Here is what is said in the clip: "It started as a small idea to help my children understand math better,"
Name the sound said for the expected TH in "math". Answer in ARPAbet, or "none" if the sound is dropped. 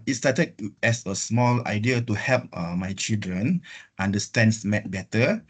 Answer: T